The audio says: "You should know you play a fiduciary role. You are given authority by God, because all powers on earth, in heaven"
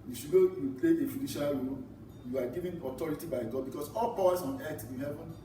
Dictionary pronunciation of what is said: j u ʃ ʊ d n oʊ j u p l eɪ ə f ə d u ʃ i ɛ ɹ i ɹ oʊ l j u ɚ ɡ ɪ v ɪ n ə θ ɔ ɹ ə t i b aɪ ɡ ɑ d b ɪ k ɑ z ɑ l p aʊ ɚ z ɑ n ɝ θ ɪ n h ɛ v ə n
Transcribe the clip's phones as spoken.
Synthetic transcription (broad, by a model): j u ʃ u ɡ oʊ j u p l eɪ ə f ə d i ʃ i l ɹ oʊ l j u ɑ ɡ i v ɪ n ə t ɔ ɹ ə t i b aɪ ɡ ɑ d b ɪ k ɑ s ɑ l p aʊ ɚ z ɑ n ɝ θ ɪ n h ɛ v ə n